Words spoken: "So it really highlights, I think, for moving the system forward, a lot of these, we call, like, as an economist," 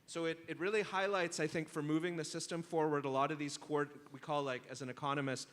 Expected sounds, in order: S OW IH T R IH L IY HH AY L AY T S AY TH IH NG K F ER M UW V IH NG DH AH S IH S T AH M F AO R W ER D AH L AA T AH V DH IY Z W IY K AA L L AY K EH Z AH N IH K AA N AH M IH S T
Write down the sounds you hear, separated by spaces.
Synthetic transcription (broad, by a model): S OW IH T R IH L IY HH AY L AY T S AY TH IH NG K F ER M UW V IH NG DH AH S IH S T AH M F AO R W ER D AH L AA T AH V DH IY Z W IY K AA L L AY K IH Z N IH K AA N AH M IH S T